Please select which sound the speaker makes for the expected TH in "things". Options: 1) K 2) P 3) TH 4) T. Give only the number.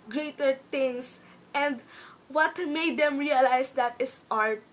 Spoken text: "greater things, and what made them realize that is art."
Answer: 4